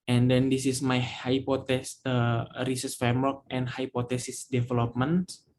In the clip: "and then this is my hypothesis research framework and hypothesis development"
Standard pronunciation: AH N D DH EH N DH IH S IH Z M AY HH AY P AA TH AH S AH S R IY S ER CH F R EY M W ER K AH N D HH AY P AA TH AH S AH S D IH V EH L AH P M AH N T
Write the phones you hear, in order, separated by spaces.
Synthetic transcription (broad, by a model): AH N D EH N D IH S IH S M AY HH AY P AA T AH S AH R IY S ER S F R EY M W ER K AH N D HH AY P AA T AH S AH S D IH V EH L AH P M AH N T